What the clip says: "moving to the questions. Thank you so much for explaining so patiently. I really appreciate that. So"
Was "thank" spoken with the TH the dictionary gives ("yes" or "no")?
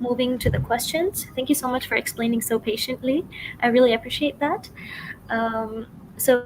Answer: yes